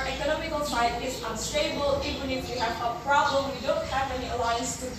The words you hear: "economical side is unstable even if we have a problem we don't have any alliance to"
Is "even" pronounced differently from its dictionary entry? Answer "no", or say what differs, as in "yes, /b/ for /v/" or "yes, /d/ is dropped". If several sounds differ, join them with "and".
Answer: yes, /v/ is dropped